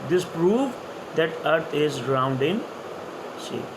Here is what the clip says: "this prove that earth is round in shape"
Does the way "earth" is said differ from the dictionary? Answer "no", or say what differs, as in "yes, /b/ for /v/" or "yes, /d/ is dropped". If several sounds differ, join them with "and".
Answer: yes, /t/ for /θ/